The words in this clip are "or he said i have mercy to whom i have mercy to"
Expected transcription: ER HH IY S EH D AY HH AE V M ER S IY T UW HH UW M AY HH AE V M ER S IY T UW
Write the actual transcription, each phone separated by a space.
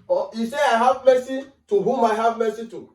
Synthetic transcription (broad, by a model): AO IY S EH AY HH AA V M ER S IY T UW HH UW M AY HH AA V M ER S IY T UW